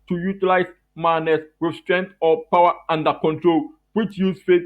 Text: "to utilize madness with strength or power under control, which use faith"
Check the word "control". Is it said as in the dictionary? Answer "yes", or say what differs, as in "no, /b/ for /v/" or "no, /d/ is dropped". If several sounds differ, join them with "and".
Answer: yes